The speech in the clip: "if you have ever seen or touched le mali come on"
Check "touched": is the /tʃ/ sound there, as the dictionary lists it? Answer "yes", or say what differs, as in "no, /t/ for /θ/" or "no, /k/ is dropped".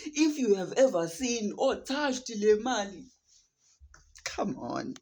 no, /ʃ/ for /tʃ/